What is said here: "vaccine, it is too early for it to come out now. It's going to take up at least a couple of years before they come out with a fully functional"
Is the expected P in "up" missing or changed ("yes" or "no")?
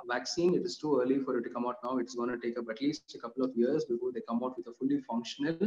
yes